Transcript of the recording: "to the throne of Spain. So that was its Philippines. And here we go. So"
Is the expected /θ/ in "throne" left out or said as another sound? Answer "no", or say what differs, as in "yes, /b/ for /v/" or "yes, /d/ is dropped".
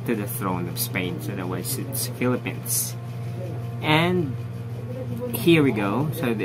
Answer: no